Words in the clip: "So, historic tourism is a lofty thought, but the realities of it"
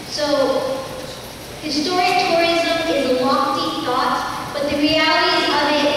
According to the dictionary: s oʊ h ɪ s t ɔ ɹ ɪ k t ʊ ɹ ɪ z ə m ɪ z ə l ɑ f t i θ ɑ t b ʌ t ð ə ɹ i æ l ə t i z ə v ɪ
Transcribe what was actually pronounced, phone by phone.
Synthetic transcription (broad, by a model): s oʊ h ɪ s t ɔ ɹ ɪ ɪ t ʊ ɹ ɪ z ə m ɪ z ə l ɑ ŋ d i θ ɑ t b ʌ t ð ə ɹ i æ l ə t i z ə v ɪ